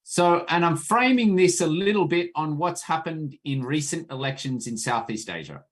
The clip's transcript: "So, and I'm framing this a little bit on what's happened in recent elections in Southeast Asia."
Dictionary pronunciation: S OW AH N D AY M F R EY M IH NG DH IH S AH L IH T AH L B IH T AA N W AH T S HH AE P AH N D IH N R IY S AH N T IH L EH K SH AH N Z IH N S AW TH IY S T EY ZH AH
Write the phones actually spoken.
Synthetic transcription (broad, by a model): S OW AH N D AY M F R EY M IH NG DH IH S AH L IH T L B IH T N W AH T S HH AE P AH N D IH N R IY S AH N T IH L EH K SH AH N Z IH N S AW TH IY S T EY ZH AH